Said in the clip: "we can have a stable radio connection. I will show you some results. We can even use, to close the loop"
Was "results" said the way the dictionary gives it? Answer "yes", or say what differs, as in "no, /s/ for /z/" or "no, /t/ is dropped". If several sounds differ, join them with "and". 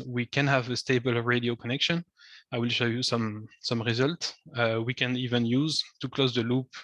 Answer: yes